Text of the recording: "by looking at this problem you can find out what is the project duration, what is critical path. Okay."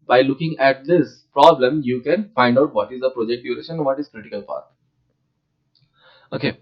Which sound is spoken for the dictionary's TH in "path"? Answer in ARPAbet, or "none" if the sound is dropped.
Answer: T